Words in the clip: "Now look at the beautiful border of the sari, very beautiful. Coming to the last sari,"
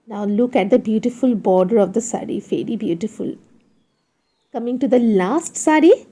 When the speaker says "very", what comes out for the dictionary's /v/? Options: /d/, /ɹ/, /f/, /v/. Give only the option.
/f/